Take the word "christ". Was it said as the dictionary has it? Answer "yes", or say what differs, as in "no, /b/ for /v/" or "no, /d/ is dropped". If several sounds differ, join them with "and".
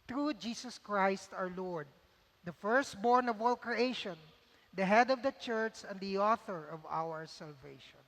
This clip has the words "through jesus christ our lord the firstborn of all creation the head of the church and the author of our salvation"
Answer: yes